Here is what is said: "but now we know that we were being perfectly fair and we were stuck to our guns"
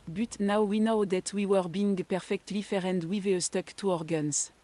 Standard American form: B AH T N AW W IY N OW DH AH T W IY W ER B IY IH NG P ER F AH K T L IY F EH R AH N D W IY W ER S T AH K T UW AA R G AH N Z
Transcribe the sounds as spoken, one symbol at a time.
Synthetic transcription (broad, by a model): B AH T N AW W IY N OW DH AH T W IY W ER B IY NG P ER F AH K T L IY F EH R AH N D W IY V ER S T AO K T UW AA R G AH N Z